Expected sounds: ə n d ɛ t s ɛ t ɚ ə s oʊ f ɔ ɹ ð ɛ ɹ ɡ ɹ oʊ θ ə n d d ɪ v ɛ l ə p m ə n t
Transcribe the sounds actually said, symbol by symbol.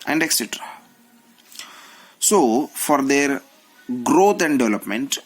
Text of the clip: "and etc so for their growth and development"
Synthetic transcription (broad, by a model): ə n d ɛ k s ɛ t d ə s oʊ f ɔ ɹ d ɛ ɹ ɡ ɹ oʊ t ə n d d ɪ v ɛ l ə p m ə n t